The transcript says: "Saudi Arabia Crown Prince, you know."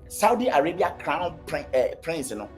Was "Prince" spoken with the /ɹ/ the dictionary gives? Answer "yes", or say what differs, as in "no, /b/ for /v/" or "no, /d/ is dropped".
yes